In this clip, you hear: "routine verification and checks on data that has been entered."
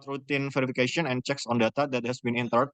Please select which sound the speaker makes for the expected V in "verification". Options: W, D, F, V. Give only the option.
F